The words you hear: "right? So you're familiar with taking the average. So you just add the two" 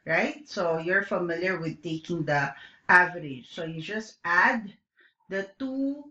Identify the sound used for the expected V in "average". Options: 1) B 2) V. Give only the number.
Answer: 2